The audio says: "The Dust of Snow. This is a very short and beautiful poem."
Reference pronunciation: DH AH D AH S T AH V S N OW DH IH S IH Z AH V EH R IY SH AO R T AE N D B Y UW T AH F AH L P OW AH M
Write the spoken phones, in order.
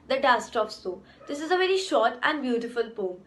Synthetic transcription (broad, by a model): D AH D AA S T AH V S OW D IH S IH Z AH V EH R IY SH AO R T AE N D B Y UW T AH F AH L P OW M